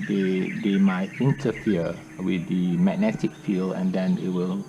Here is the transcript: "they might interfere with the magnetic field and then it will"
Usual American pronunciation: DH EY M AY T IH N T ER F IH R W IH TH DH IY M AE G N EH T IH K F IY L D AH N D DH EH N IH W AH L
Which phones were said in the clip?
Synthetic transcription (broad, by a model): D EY M AY T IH N T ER F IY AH W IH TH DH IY M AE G N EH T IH K F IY L AH N D EH N IH W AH L